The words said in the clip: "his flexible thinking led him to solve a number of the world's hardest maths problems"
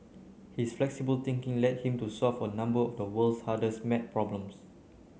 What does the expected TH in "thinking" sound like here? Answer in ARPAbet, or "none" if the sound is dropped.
T